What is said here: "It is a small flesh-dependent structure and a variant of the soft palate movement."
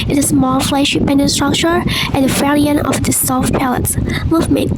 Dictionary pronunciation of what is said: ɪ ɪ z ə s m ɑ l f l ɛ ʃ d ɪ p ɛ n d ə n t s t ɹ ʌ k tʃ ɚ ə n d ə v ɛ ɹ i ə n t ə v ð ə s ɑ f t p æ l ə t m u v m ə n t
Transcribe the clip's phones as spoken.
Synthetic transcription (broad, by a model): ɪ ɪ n ə s m ɑ l f l ɛ ʃ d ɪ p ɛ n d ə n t s t ɹ ʌ k tʃ ɚ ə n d ə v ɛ l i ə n ə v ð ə s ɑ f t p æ l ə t m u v m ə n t